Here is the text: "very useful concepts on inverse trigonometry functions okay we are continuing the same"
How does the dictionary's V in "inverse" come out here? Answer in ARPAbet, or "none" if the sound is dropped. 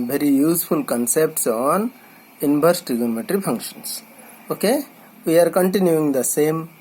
B